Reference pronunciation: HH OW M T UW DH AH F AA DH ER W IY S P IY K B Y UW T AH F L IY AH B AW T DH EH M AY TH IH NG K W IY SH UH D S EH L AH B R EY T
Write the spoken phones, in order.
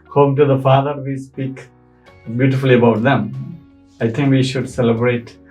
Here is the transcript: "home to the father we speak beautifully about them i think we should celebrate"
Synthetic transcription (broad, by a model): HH OW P T UW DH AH F AA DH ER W IY S P IY K B Y UW T AH F L IY AH B AW T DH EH M AY T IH NG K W IY SH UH D S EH L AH B R EY T